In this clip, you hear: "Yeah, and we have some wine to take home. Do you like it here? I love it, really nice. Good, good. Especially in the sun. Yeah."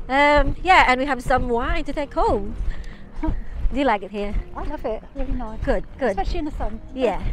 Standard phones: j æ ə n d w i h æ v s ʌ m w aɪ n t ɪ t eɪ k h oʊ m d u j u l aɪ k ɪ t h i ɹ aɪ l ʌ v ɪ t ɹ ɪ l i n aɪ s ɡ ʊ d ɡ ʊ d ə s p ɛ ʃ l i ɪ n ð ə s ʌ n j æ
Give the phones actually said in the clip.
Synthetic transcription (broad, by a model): j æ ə n w i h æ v s ʌ m w aɪ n t ɪ t eɪ k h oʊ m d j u l aɪ k ɪ t h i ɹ aɪ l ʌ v ɪ t ɹ ɪ l i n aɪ ɡ ʊ d ɡ ʊ d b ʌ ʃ i ɪ n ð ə s ʌ n j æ